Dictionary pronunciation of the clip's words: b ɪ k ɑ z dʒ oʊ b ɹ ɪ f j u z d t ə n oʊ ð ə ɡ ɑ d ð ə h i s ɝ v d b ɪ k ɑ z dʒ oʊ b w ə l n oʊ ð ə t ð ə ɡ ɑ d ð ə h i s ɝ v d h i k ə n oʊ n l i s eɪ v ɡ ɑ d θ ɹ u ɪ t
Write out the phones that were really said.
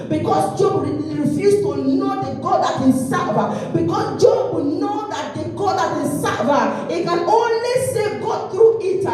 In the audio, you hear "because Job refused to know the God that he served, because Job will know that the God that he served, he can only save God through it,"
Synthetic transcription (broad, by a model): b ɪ k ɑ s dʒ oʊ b ɹ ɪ f j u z t ə n oʊ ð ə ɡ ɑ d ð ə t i s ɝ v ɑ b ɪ k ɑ s dʒ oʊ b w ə n oʊ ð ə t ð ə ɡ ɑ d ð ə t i s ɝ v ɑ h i k ə n oʊ n l i s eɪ ɡ ɑ d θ ɹ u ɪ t